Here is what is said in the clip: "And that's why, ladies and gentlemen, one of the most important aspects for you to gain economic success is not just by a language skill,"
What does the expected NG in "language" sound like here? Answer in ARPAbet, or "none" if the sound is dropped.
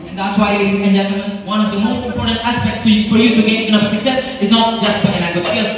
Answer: none